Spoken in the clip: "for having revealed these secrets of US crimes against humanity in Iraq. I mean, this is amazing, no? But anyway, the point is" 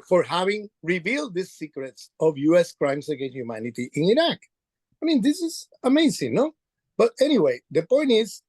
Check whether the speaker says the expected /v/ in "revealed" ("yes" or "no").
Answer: yes